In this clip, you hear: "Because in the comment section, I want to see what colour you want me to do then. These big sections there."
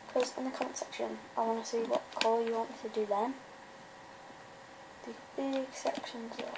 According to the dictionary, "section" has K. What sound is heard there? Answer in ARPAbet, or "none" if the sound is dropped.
K